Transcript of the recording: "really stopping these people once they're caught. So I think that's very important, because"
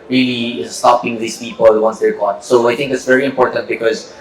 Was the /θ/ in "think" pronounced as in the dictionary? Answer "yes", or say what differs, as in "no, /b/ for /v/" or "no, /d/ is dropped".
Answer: no, /t/ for /θ/